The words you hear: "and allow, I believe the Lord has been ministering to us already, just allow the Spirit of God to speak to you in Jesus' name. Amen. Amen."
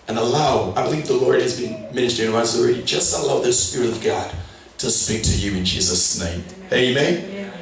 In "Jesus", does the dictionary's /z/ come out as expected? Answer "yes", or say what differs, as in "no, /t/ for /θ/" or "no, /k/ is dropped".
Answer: yes